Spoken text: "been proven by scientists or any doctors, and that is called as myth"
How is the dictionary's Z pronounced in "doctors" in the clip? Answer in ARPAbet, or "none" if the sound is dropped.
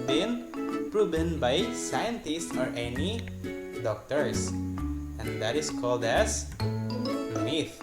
S